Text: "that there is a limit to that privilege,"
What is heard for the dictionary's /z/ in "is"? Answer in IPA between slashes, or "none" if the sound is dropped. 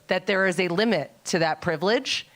/z/